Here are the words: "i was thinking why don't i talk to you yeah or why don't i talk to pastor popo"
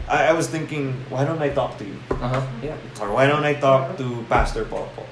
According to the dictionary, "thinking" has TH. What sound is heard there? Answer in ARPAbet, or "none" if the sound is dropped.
TH